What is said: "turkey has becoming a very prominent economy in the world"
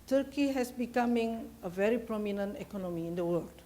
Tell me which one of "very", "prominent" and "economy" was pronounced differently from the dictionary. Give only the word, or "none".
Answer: none